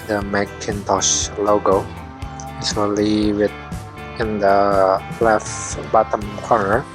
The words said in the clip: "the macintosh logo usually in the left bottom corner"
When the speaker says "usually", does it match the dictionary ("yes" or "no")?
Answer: no